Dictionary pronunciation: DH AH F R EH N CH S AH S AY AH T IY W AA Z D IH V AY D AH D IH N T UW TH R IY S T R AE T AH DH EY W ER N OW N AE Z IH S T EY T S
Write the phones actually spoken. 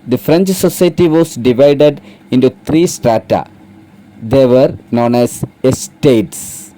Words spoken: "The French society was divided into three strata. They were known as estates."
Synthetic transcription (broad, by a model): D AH F R EH N CH S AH S AY T IY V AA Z D IH V AY D AH D IH N T UW T R IY S T R AE T AH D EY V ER N OW N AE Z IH S T EY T S